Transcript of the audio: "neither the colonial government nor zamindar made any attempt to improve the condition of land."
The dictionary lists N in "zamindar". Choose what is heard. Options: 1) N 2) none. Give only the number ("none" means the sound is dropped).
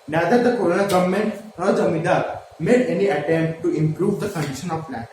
2